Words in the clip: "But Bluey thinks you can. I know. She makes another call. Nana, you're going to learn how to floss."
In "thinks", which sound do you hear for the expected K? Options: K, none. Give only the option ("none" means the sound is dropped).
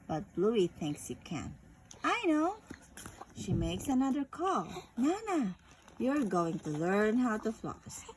K